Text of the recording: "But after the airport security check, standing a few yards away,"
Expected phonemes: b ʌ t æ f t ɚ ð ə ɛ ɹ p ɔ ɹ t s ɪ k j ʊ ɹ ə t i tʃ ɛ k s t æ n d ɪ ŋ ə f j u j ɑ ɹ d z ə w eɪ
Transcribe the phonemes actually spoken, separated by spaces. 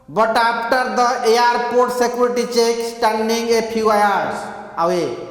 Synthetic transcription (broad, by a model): b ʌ t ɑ p t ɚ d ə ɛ ɹ p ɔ ɹ t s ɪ k j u ɹ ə t i tʃ ɛ k s t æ n d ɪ ŋ ə p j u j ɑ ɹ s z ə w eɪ